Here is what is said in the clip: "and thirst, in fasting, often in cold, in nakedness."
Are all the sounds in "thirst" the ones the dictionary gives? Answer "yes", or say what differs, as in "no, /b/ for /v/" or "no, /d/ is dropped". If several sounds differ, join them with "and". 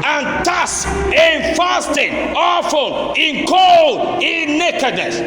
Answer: no, /t/ is dropped